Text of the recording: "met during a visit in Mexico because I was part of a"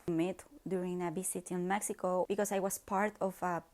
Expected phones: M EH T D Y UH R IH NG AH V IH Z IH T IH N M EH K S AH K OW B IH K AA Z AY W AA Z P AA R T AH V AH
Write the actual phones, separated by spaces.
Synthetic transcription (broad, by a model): M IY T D Y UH R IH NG AH B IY S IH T IH N M EH K S AH K OW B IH K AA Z AY W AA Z P AA R T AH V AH